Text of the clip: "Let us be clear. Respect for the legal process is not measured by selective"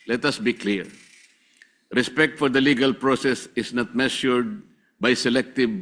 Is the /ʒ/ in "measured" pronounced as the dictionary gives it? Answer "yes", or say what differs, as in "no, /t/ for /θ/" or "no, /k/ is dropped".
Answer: no, /ʃ/ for /ʒ/